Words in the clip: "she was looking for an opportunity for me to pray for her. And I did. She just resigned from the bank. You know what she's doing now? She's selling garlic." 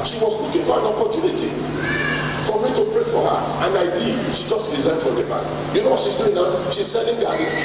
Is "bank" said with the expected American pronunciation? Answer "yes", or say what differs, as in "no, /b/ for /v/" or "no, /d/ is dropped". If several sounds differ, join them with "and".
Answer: no, /ŋ/ is dropped